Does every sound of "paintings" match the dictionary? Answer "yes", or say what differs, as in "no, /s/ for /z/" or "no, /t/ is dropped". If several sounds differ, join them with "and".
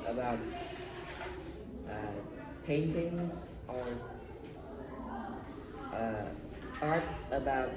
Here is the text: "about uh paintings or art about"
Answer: yes